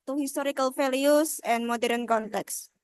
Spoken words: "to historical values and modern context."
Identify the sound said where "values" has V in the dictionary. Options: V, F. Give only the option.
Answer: F